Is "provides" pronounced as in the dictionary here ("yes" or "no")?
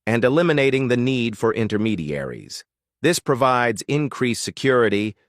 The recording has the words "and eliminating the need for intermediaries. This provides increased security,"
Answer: yes